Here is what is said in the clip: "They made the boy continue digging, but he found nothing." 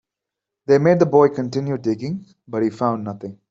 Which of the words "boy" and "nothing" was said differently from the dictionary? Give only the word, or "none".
nothing